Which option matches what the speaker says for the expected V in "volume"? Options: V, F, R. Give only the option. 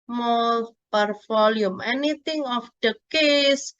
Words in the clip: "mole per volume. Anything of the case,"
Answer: F